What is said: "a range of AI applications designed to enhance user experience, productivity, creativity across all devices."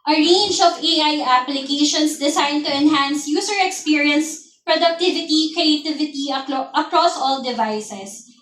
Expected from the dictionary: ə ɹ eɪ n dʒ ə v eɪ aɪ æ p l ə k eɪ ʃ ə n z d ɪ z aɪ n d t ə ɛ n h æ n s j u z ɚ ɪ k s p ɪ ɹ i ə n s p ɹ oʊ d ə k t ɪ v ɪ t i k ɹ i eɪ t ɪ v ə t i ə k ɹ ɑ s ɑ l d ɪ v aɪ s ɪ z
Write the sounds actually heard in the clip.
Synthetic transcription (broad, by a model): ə ɹ eɪ n dʒ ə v eɪ aɪ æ p l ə k eɪ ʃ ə n s d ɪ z aɪ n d t ə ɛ n h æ n s j u s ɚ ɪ k s p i ɹ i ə n s p ɹ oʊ d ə k t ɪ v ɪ t i k ɹ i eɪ t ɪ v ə t i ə k ɹ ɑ s ɑ l d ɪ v aɪ s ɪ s